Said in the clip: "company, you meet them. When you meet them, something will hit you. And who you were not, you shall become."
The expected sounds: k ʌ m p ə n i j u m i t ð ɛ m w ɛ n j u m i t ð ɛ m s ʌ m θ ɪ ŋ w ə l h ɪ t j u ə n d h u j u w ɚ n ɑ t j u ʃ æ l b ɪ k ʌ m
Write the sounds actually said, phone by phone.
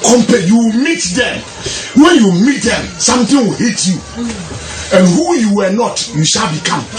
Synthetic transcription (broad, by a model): k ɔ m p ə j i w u m i t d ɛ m w ɛ n j u m i t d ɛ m s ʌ m t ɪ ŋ w ə l h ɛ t j u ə n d h u j u w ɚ n ɑ t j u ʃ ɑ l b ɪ k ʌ m